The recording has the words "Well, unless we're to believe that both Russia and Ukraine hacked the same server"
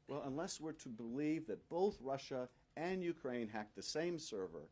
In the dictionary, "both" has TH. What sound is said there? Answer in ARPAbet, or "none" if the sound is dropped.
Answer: TH